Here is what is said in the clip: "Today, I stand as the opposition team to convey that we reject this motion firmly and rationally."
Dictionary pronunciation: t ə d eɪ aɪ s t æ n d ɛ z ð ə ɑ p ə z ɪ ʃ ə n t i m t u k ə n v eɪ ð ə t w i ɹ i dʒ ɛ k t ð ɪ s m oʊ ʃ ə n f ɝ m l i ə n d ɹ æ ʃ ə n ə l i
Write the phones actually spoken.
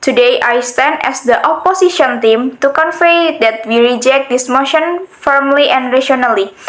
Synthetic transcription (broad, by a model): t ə d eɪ aɪ s t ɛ n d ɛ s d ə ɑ p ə s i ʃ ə n t i m t u k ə n f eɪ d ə t w i ɹ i dʒ ɛ k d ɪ s m oʊ ʃ ə n f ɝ m l i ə n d ɹ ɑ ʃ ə n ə l i